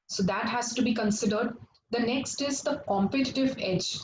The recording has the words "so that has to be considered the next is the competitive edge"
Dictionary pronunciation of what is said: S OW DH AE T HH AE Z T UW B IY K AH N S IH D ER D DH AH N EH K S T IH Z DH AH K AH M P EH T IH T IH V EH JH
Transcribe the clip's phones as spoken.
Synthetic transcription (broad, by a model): S OW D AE T HH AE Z T UW B IY K AH N S IH D ER D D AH N EH K S T IH Z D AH K AH M P EH T IH T IH V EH JH